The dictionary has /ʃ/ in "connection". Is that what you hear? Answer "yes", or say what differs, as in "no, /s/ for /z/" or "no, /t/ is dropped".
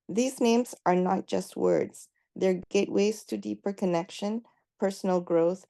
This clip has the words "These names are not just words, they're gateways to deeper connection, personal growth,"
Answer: yes